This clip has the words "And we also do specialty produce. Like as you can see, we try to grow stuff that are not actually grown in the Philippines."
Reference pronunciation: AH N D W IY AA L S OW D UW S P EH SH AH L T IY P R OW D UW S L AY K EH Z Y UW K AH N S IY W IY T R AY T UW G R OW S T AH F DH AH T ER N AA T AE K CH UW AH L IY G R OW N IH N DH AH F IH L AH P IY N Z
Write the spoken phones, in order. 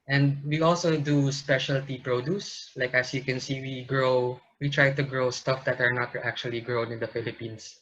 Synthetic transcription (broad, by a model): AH N D W IY AA L S OW D UW S P EH SH AH L T IY P R OW D UW S L AY K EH S Y UW K AH N S IY W IY T R AY T UW G R OW S T AH F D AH T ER N AA T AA K CH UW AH L IY G R OW N IH N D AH F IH L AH P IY N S